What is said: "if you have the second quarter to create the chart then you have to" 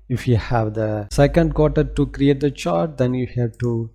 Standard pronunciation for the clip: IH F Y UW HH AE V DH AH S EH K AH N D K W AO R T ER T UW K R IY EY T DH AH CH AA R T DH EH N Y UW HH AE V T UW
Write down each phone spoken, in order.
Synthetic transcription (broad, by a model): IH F Y UW HH AE V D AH S EH K AH N D K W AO T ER T UW K R IY EY T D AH CH AA R T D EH N Y UW HH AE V T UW